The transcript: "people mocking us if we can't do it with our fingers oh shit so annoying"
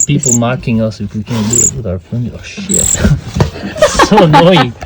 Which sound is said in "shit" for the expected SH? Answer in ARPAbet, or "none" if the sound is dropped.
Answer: SH